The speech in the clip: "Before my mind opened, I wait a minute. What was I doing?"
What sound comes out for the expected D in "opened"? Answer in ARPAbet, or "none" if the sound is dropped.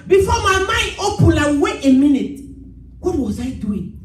none